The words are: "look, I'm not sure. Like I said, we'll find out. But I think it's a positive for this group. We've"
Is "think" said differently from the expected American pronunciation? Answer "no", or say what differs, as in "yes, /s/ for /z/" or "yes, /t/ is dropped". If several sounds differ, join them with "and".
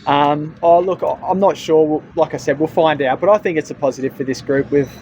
no